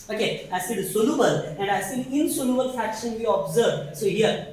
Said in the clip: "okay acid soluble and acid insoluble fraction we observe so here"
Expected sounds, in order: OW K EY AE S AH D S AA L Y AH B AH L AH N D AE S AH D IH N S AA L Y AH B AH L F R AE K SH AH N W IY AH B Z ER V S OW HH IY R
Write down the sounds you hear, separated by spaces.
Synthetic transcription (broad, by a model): OW K EY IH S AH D S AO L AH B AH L AH N D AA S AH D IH N S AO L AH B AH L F AE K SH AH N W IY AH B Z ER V S OW HH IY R